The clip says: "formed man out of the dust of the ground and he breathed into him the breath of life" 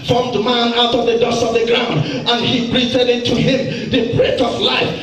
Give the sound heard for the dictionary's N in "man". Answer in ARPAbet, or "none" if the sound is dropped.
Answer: N